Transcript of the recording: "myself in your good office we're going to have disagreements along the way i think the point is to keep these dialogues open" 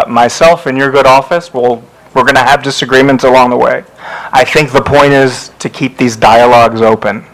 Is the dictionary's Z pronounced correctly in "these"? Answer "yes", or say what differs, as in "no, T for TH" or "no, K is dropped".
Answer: yes